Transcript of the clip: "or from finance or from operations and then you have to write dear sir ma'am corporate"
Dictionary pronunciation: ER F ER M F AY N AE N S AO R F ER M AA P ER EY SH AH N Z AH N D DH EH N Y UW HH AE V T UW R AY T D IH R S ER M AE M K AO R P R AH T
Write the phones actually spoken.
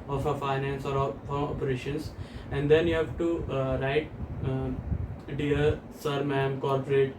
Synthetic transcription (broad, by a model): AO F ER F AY N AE N S AO R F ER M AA P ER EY SH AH N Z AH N D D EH N Y UW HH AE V T UW R AY T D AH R S ER M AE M K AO R P R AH T